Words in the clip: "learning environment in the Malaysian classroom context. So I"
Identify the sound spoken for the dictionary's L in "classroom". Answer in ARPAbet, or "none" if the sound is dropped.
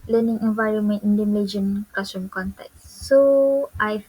none